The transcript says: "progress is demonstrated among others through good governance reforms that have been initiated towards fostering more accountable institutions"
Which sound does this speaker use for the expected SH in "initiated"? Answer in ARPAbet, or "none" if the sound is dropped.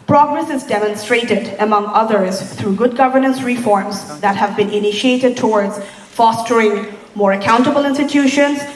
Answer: SH